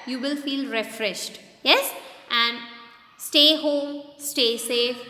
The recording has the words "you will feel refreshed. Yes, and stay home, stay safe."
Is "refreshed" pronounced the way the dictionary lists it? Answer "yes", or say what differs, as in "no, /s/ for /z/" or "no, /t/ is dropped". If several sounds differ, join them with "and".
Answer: yes